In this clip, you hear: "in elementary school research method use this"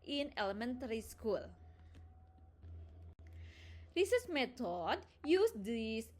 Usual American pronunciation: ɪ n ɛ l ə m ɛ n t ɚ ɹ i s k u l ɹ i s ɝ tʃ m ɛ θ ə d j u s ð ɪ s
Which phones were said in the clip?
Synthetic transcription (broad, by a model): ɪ n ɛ l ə m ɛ n t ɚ ɹ i s k u l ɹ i s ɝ s m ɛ t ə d j u s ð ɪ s